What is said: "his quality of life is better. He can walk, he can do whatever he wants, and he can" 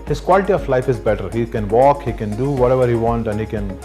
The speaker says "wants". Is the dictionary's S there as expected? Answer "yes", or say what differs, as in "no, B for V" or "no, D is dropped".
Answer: no, S is dropped